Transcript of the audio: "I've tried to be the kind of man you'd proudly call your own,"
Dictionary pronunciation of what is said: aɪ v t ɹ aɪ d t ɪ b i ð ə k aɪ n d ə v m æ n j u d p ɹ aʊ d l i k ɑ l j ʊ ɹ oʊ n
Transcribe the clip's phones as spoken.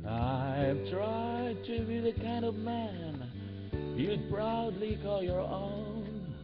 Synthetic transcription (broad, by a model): aɪ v t ɹ aɪ d t ɪ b i ð ə k aɪ n d ə v m æ n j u p ɹ aʊ d l i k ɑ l j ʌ ɹ oʊ n